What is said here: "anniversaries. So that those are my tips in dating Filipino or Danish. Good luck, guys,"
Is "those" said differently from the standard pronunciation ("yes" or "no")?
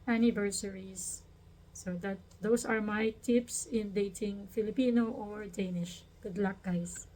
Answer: yes